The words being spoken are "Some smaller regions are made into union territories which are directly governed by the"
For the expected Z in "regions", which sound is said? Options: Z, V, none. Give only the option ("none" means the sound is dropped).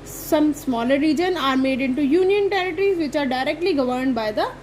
none